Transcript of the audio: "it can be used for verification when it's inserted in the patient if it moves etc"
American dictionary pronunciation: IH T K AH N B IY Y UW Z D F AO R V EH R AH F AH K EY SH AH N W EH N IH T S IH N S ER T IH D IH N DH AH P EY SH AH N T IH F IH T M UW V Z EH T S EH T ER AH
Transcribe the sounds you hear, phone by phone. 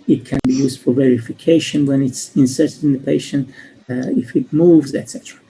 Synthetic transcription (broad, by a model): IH T K AH N B IY Y UW Z D F AO R V EH R AH F AH K EY SH AH N W EH N IH T S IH N S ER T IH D IH N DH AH P EY SH AH N T IH F IH T M UW V Z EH T S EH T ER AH